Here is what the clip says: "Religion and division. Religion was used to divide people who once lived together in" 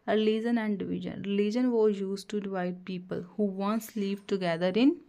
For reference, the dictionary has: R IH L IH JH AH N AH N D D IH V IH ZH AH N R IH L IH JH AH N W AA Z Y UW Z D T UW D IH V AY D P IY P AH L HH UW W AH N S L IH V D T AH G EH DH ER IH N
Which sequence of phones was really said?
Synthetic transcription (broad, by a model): R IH L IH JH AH N AH N D D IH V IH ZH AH N R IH L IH JH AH N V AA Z Y UW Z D T UW D IH V AY D P IY P AH L HH UW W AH N S L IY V T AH G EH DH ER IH N